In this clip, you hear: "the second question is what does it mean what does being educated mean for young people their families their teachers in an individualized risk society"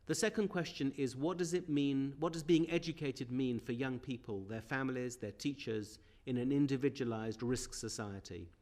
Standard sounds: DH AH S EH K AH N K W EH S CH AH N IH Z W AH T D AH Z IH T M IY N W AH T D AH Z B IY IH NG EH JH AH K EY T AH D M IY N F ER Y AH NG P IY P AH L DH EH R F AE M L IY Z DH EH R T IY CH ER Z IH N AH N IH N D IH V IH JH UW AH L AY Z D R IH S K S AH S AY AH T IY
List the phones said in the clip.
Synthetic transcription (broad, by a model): DH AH S EH K AH N K W EH S CH AH N IH Z W AH T D AH Z IH T M IY N W AH T D AH Z B IY IH NG EH JH AH K EY T AH D M IY N F ER Y AH NG P IY P AH L DH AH R F AE M L IY Z DH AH R T IY CH ER Z IH N AH N IH N D IH V IH JH UW AH L AY Z D R IH S K S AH S AY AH T IY